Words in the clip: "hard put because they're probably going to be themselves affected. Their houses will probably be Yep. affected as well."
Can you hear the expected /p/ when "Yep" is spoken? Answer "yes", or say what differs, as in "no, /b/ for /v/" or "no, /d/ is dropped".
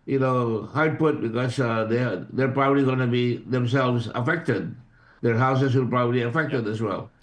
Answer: no, /p/ is dropped